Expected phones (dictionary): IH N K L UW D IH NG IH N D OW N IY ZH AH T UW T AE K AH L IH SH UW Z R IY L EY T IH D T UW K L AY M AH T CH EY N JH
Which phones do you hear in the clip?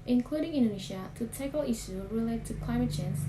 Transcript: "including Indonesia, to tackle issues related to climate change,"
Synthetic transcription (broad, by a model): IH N K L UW D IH NG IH N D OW N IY SH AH T UW T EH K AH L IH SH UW R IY L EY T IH T UW K L AY M AH T CH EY N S